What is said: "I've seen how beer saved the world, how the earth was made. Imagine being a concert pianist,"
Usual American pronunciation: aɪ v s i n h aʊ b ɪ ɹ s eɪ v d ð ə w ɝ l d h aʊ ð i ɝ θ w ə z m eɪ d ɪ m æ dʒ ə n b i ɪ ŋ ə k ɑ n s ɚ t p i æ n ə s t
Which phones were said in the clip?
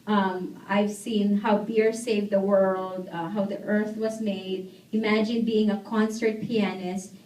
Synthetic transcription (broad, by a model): aɪ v s i n h aʊ b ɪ ɹ s eɪ v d ð ə w ɝ l d h aʊ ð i ɝ θ w ə z m eɪ d ɪ m æ dʒ ə n b i ɪ ŋ ə k ɑ n s ɚ t p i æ n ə s t